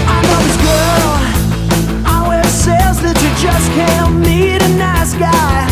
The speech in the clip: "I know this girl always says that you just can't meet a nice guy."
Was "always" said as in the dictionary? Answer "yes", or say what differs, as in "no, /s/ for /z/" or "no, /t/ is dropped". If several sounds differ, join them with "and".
no, /l/ is dropped